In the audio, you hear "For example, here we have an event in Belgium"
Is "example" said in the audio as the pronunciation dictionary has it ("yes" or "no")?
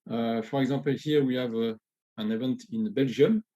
no